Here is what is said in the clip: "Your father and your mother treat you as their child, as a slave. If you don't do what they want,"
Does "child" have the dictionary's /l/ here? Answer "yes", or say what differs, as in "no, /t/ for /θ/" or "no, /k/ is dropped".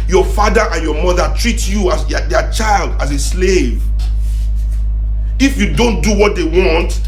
yes